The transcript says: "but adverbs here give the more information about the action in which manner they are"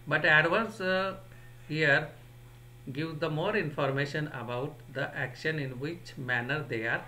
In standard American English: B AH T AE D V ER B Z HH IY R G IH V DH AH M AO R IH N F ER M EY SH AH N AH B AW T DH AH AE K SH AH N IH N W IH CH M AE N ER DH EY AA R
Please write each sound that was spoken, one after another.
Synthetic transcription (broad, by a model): B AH T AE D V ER Z HH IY R G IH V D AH M AO R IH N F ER M EY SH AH N AH B AW T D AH AE K SH AH N IH N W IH CH M AE N ER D EY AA R